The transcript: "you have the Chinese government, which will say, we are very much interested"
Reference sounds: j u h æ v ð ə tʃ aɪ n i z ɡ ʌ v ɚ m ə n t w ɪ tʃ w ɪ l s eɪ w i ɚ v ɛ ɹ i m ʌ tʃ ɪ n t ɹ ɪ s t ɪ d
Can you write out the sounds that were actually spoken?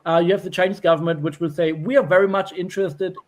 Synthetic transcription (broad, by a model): j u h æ v ð ə tʃ aɪ n i z ɡ ʌ v ɚ m ə n t w ɪ tʃ w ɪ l s eɪ w i ɚ v ɛ ɹ i m ʌ tʃ ɪ n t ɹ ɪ s t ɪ d